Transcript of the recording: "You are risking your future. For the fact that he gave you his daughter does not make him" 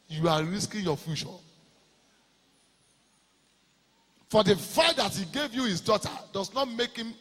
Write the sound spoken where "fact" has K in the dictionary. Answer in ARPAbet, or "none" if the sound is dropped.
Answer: none